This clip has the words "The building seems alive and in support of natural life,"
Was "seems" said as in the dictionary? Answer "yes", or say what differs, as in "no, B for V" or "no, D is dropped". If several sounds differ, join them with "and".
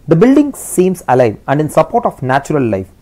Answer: no, S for Z